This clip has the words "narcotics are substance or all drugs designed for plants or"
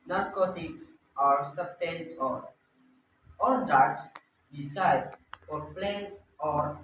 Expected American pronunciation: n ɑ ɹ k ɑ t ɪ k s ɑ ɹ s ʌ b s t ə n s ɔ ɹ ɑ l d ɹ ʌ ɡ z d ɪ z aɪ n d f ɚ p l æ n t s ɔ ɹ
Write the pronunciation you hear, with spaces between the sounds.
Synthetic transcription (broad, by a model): n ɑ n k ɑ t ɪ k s ɑ ɹ s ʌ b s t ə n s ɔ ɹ ɑ l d ɑ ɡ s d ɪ s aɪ d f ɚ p l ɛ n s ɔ ɹ